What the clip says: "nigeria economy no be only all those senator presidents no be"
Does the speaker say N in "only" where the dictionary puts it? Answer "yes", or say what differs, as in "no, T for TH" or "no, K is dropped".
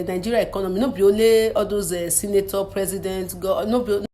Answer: no, N is dropped